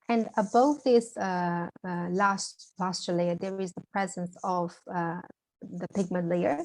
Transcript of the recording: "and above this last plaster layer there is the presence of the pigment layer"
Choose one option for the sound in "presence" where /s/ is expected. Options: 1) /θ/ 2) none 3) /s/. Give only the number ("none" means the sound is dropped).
3